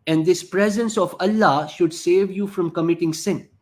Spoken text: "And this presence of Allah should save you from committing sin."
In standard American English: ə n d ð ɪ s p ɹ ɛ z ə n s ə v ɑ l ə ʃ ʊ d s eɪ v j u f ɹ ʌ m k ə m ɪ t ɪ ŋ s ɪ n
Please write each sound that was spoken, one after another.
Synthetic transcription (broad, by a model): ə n d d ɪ s p ɹ ɛ z ə n s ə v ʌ l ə ʃ ʊ d s eɪ v j u f ɹ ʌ m k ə m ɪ t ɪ ŋ s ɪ n